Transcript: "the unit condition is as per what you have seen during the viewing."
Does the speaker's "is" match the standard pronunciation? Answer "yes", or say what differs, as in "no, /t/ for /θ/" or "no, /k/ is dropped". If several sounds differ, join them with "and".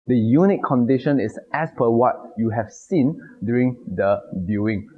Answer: no, /s/ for /z/